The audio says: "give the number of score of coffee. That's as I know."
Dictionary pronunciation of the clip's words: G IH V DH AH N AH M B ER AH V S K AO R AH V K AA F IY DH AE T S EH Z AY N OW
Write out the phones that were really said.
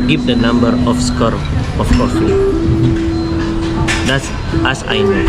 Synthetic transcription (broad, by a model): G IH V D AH N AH M B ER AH F S K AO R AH F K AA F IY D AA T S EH S AY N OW